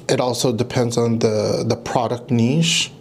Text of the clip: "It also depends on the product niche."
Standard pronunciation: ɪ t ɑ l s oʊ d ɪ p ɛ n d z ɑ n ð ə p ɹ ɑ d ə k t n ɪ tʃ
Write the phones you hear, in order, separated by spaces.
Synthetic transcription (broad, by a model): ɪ t ɑ l s oʊ d ɪ p ɛ n d z n ð ə p ɹ ɑ d ə k t n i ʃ